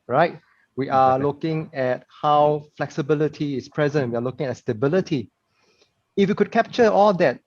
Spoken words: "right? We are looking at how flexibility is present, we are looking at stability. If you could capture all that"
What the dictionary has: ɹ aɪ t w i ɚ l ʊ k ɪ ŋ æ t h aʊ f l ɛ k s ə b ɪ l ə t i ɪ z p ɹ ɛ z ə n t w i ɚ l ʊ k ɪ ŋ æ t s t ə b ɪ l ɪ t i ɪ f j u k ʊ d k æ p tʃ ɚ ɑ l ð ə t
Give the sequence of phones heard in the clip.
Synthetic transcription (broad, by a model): ɹ aɪ t w i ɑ l ʊ k ɪ ŋ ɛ t h aʊ f l ɛ k s ə b ɪ l ə t i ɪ s p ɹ ɛ z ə n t w i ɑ l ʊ k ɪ ŋ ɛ t s t ə b ɪ l ɪ t i ɪ f j u k ʊ d k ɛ p tʃ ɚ ɑ l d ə t